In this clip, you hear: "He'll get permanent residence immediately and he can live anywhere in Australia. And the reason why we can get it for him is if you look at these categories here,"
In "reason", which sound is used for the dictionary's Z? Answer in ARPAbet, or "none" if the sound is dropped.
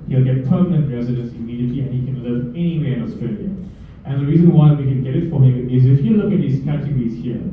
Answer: Z